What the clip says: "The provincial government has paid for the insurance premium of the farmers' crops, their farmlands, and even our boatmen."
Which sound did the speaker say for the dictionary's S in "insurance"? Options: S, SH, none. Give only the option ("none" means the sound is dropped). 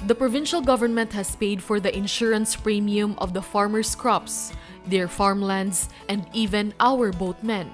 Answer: S